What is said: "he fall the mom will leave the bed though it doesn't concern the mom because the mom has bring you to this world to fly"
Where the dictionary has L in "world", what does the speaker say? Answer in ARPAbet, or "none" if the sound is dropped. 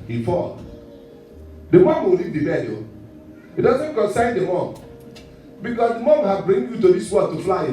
none